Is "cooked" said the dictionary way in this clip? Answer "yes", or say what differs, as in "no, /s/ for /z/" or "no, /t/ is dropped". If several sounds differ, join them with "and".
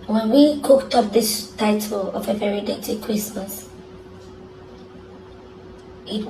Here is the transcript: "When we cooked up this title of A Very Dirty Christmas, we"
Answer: yes